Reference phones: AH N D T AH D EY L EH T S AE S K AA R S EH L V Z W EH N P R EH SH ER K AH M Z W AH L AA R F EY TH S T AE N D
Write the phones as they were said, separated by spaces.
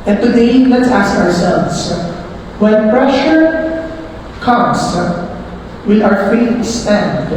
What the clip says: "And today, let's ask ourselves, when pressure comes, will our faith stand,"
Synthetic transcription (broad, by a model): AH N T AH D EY L EH T S AE S K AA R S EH L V S W EH N P R EH SH ER K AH M S W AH AA R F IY T S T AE N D